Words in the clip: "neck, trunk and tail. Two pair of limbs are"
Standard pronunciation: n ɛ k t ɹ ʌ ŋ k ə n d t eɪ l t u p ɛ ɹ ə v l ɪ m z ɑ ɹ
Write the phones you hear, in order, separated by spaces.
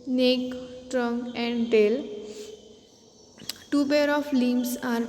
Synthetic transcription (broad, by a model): n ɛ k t ɹ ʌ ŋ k ə n d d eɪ l t u b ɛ ɹ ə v l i m s ɑ ɹ